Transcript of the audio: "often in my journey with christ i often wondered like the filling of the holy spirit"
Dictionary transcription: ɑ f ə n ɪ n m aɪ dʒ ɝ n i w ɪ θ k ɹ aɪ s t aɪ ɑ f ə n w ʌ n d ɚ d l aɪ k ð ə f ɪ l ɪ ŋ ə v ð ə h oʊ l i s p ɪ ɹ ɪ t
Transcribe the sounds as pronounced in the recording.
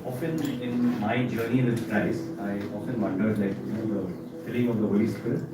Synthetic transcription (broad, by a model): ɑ f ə n ɪ n m aɪ dʒ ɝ n i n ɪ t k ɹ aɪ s aɪ ɑ f ə n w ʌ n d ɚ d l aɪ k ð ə f ɪ l ɪ ŋ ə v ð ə h oʊ l i s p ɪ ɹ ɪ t